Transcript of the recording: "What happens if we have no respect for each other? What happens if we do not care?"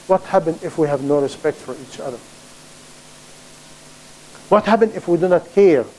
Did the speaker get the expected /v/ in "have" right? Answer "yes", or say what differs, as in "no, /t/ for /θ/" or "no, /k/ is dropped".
yes